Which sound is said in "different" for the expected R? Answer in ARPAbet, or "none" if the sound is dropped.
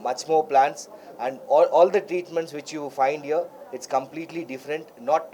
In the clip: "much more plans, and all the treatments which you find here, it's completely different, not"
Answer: R